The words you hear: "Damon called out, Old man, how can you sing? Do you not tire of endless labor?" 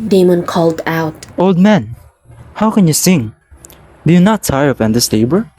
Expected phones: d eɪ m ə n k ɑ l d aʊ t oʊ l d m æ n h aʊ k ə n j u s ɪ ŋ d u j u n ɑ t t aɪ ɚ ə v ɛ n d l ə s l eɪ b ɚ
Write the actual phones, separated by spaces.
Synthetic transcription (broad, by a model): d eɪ m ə n k ɑ l d aʊ t oʊ l d m æ n h aʊ k ə n j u s ɪ ŋ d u j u n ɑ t t aɪ ɚ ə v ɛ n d ə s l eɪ b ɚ